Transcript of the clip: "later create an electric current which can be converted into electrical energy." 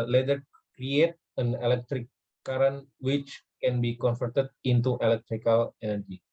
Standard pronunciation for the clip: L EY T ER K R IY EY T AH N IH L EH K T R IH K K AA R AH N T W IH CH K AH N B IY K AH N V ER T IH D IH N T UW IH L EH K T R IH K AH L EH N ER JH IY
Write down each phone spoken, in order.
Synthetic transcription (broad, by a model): L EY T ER K R IY EY T AH N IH L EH K T R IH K K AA R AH N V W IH CH K AH N B IY K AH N F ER T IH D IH N T UW IH L EH K T R IH K AH L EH N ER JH IY